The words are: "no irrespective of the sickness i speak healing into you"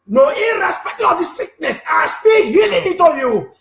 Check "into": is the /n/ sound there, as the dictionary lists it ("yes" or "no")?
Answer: no